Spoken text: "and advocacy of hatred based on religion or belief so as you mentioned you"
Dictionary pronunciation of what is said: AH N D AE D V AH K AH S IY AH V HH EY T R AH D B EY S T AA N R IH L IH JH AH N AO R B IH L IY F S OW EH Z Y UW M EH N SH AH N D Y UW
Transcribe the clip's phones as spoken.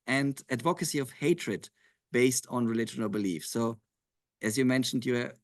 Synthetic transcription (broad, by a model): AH N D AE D V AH K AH S IY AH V HH EY T R AH D B EY S T N R IH L IH JH AH N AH L B IH L IY F S OW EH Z Y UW M EH N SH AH N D Y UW